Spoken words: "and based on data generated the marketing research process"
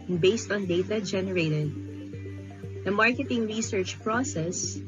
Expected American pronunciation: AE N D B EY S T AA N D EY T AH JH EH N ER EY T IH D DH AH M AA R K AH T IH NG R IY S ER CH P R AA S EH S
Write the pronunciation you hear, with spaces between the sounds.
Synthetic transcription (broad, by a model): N B EY S T AA N D EY T AH JH EH N ER EY T IH D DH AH M AA R K AH T IH NG R IY S ER CH P R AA S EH S